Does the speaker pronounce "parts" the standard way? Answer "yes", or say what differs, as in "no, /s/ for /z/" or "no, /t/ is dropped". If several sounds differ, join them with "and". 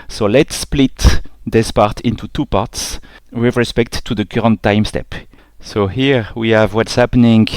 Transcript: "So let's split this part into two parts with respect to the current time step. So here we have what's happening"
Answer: yes